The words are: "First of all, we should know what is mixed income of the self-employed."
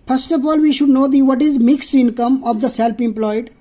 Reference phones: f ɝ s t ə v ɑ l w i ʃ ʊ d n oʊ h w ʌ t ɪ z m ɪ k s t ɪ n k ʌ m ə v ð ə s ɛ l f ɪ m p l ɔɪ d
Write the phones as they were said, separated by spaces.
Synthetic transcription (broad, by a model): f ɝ s t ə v ɑ l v i ʃ ʊ d n oʊ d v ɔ t ɪ z m ɪ k s t ɪ n k ʌ m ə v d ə s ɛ l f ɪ m p l ɔɪ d